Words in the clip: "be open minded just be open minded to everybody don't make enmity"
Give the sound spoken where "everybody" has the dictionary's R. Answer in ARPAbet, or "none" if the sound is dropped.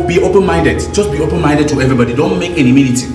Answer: R